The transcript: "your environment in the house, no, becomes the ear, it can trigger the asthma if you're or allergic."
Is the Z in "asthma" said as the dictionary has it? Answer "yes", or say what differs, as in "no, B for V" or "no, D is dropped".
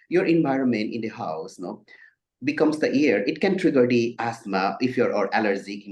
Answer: no, S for Z